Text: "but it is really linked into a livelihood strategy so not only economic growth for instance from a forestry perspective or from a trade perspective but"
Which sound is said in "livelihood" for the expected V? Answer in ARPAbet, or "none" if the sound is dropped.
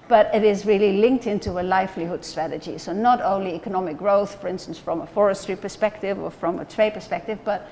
F